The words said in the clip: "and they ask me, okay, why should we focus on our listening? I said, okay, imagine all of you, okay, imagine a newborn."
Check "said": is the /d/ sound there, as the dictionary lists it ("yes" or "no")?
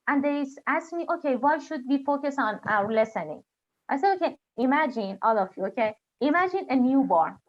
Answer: no